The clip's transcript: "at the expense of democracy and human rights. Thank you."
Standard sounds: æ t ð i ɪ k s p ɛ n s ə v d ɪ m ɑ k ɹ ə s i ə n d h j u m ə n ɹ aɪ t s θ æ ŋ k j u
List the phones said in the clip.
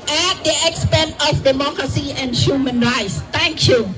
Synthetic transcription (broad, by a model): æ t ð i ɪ k s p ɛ n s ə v d ɪ m ɑ k ɹ ə s i ə n d h j u m ə n ɹ aɪ t s t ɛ ŋ k j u